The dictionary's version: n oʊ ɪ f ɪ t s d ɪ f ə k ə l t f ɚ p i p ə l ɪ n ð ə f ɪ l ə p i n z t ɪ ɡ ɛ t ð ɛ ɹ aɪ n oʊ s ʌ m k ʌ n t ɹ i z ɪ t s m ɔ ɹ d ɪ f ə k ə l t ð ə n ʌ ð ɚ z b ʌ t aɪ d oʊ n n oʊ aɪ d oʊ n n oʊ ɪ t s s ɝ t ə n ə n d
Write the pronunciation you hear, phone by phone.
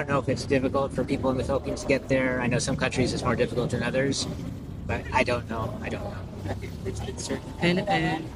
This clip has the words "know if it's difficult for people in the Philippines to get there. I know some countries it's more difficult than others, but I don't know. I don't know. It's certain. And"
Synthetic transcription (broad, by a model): n oʊ ɪ f ɪ t s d ɪ f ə k l t f ɚ p i p l ɪ n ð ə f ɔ ə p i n t ɪ ɡ ɛ t ð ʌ ɹ aɪ n oʊ s ʌ m k ʌ n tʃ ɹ i z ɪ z m ɔ ɹ d ɪ f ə k l t ð ə n ʌ ð ɚ z b ʌ t aɪ d oʊ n n oʊ aɪ d oʊ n n oʊ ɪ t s s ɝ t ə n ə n